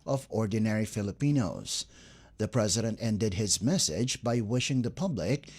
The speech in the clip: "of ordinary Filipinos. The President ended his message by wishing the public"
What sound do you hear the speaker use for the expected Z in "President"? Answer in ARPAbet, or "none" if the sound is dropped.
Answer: Z